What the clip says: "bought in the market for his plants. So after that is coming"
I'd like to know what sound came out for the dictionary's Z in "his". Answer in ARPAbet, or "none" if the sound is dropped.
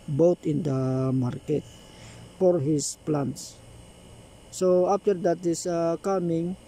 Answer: S